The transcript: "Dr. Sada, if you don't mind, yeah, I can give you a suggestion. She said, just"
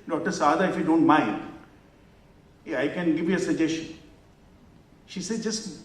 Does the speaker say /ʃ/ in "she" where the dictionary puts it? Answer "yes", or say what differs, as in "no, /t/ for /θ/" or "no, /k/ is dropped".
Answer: yes